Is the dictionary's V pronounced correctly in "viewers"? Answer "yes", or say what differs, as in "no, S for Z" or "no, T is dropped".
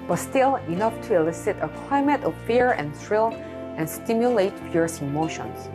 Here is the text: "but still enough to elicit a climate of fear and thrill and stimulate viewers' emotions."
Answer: no, P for V